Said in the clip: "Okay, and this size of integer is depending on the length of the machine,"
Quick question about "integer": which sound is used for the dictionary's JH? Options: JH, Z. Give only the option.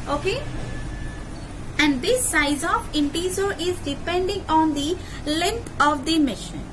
Z